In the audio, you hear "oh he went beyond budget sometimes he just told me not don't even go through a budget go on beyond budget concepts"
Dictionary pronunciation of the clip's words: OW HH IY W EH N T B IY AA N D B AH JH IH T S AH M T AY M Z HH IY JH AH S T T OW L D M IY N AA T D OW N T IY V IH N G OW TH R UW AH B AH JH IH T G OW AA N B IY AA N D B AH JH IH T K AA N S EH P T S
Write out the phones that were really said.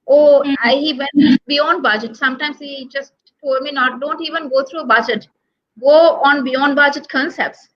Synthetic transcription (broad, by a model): OW HH IY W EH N B IY AA N D B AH JH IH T S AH M T AY M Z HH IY JH AH S T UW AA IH M IY N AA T D OW N T IY V IH N G OW T R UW AH B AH JH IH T G OW AA N B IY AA N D B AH JH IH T K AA N S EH P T S